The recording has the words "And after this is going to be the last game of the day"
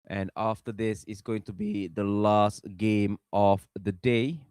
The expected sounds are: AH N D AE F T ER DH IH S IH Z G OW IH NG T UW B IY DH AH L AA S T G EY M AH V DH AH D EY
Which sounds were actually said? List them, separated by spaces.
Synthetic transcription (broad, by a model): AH N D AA F T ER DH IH S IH S G OW IH NG T UW B IY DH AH L AA S T G EY M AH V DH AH D EY